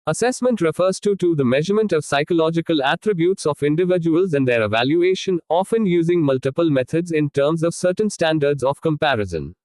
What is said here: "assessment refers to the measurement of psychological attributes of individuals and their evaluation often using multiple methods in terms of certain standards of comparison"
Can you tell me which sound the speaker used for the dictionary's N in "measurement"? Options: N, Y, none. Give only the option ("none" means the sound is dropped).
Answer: N